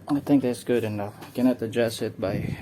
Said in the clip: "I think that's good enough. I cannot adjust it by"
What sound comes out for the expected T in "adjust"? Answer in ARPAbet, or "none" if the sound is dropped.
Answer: none